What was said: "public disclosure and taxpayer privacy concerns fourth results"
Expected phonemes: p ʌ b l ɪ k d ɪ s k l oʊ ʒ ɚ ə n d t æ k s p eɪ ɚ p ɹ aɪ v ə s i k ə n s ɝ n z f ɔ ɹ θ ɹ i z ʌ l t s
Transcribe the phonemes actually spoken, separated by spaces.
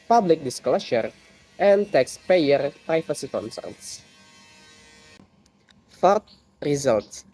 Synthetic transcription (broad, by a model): p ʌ b l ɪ k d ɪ s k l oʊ ʃ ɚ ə n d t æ k s p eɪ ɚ p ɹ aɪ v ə s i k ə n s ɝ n s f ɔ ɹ t ɹ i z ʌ l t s